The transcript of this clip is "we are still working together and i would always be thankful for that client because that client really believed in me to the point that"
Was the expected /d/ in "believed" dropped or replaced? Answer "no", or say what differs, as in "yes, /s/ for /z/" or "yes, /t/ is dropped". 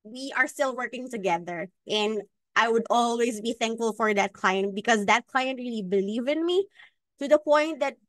yes, /d/ is dropped